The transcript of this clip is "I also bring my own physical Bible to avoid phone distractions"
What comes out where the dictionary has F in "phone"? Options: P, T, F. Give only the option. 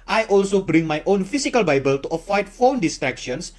F